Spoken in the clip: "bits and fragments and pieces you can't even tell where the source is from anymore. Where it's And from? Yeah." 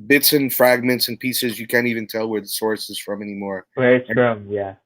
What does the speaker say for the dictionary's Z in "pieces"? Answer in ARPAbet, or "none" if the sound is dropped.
Z